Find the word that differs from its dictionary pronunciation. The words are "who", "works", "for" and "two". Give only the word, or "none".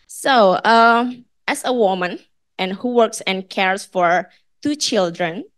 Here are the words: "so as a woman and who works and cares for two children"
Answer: none